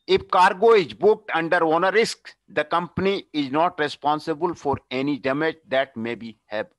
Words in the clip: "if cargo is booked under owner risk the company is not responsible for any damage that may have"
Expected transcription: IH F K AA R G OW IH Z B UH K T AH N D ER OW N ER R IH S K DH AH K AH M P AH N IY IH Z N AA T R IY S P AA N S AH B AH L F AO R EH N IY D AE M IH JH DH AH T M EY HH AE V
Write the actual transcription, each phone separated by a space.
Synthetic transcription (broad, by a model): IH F K AA R G OW IH Z B UH K T AH N D ER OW N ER R IH S K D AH K AH M P AH N IY IH Z N AA T R IY S P AA N S AH B AH L F AO R EH N IY D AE M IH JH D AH T M EY HH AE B